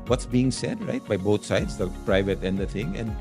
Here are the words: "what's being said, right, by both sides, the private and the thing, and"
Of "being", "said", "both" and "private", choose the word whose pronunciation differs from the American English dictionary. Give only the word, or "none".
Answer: both